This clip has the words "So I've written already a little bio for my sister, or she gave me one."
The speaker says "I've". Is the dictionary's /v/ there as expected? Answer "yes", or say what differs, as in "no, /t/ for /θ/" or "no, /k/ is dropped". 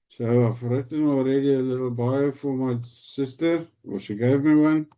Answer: no, /f/ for /v/